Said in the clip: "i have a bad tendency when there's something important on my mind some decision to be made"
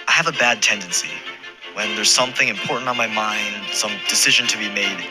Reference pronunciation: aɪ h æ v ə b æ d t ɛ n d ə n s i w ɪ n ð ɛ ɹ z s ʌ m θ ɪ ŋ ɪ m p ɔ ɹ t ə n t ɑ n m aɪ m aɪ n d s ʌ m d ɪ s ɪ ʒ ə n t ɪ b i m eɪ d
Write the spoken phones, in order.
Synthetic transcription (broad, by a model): aɪ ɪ v ə b æ d t ɛ n d ə n s i w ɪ n ð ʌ ɹ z s ʌ m θ ɪ ŋ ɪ m p ɔ ɹ t n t n m aɪ m aɪ n d s ʌ m d ɪ s ɪ ʒ ə n t ɪ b i m eɪ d